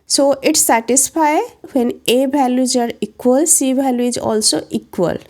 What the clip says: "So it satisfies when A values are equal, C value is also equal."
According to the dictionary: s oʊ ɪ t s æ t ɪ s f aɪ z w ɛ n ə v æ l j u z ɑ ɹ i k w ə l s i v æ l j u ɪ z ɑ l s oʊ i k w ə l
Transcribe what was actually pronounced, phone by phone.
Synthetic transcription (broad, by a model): s oʊ ɪ t s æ t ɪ s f aɪ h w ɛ n ə b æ l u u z ɑ ɹ i k w ə l s i b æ l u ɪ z ɑ l s oʊ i k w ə l